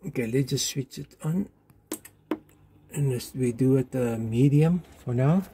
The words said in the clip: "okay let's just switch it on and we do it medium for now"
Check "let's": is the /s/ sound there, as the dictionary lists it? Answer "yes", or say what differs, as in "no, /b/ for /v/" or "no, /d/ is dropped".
no, /s/ is dropped